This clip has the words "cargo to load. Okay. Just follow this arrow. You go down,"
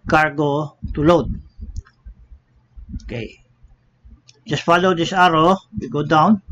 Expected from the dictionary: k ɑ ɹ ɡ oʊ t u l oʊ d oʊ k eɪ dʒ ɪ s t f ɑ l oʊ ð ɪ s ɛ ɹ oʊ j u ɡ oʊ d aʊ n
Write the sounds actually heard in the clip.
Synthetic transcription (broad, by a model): k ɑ ɹ ɡ oʊ t u l oʊ d oʊ k eɪ dʒ ɪ s t f ɑ l oʊ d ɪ s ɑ ɹ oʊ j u ɡ oʊ d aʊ n